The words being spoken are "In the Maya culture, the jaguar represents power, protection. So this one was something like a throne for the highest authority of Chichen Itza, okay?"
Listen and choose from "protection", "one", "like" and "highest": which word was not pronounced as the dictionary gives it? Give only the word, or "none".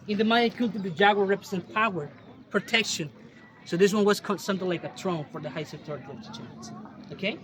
highest